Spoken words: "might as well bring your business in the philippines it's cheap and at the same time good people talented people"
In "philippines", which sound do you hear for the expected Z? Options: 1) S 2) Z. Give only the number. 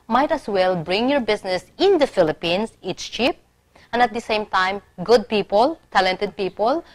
1